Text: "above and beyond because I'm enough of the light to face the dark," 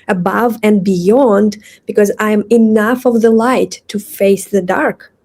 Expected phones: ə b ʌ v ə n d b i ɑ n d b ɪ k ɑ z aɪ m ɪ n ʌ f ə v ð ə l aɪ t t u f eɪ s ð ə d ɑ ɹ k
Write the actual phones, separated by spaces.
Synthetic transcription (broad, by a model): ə b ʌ v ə n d b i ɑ n d b ɪ k ɑ z aɪ m ɪ n ʌ f ə v ð ə l aɪ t t u f eɪ s ð ə d ɑ ɹ k